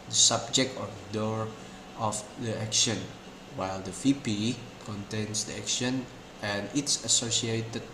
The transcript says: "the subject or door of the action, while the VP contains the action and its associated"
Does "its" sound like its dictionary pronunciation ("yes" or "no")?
yes